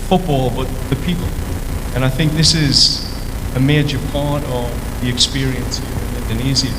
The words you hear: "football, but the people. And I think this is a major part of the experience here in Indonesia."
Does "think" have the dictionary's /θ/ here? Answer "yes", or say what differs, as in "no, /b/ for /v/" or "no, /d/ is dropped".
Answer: yes